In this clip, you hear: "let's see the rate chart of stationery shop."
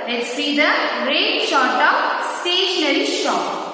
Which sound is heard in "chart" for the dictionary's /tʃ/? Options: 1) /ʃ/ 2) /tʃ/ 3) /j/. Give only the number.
1